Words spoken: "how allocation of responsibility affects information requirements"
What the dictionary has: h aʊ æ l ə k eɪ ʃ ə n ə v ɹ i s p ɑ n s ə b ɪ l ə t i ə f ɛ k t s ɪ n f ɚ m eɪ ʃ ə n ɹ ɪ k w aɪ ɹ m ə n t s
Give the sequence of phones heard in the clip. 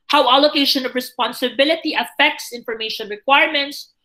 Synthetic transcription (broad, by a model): h aʊ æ l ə k eɪ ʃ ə n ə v ɹ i s p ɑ n s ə b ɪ l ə t i ə f ɛ k t s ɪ n f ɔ m eɪ ʃ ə n ɹ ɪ k w aɪ ɹ m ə n t s